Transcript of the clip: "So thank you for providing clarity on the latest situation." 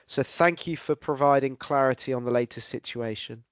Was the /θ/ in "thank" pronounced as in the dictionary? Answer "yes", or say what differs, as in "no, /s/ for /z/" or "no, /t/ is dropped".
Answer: yes